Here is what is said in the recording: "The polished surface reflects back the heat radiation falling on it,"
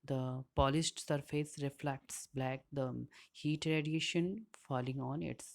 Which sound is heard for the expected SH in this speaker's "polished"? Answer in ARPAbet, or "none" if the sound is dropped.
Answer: S